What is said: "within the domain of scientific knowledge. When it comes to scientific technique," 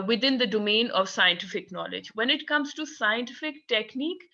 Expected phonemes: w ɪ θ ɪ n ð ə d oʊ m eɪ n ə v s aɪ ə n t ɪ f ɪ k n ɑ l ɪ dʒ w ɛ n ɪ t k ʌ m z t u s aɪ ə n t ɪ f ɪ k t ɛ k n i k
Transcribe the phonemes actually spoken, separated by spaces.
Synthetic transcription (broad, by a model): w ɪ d ɪ n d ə d oʊ m eɪ n ə v s aɪ ə n t ɪ f ɪ k n ɑ l ɪ dʒ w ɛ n ɪ t k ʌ m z t u s aɪ ə n t ɪ f ɪ k t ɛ k n i k